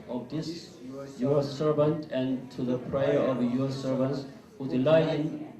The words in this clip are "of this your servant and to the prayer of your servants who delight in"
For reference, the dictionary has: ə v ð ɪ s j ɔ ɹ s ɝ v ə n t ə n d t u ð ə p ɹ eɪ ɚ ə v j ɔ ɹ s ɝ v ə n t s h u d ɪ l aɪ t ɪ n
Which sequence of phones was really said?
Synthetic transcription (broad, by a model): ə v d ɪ s j ɔ ɹ s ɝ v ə n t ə n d t u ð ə p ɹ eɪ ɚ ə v j ɔ ɹ s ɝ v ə n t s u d l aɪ ɪ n